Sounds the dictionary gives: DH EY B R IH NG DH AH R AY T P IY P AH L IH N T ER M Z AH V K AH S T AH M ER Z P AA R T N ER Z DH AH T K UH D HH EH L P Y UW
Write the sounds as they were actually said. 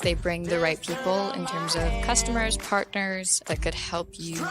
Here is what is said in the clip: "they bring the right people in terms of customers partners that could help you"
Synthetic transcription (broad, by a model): DH EY B R IH NG DH AH R AY T P IY P L IH N T ER M Z AH V K AH S T AH M ER Z P AA R T N ER Z DH AH T K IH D HH EH L P Y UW